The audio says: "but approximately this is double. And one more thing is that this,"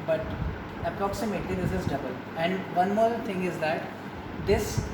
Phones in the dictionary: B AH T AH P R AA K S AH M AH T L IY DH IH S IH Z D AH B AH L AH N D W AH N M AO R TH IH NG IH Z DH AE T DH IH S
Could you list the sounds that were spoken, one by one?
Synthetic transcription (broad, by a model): B AH T AH P R AA K S AH M AH T L IY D IH S IH Z D AH B AH L AH N D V AH N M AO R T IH NG IH Z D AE T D IH S